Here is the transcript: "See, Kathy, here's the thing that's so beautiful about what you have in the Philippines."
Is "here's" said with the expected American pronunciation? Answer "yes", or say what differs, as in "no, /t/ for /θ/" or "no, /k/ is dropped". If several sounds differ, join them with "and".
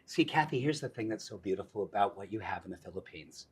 yes